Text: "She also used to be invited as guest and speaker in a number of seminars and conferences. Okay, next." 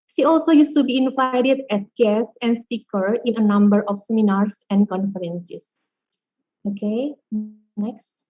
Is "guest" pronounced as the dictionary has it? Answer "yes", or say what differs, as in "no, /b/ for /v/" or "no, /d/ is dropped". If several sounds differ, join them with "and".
no, /t/ is dropped